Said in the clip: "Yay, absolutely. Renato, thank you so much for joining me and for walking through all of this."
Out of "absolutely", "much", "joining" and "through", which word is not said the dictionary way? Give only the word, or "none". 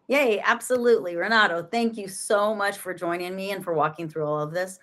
none